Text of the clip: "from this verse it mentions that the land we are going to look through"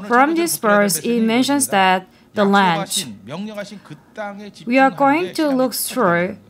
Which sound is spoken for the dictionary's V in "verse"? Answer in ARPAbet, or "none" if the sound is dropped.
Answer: P